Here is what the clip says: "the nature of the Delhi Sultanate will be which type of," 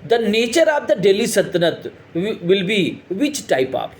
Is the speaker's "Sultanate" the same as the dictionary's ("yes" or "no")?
no